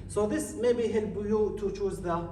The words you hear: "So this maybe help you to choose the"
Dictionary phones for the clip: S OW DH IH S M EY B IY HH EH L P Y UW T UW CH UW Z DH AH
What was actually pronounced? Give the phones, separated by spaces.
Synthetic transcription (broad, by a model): S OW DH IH S M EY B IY HH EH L B Y UW T UW CH UW Z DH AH